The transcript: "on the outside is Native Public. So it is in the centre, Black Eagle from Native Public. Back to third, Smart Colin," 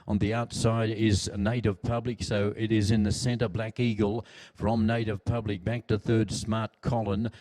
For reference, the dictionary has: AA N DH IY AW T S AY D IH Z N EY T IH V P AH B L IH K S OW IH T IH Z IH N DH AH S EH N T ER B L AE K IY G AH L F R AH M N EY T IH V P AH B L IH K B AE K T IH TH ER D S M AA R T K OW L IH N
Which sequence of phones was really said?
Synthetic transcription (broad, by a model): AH N DH IY AW T S AY D IH Z N EY T IH V P AH B L IH K S OW IH T IH Z IH N DH AH S EH N T ER B L AE K IY G AH L F R AH M N EY T IH V P AH B L IH K B AE K T IH TH ER D S M AA R T K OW L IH N